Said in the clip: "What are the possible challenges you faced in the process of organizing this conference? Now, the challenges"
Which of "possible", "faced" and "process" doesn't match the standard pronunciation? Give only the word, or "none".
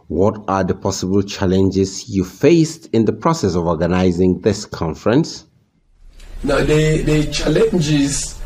none